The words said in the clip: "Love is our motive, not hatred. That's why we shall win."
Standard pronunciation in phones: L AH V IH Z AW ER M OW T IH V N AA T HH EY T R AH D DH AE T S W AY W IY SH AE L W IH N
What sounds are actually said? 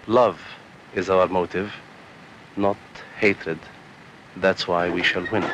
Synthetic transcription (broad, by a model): L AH V IH Z AW ER M OW T IH V N AA T HH EY T R AH D DH AE T S W AY W IY SH AE L W IH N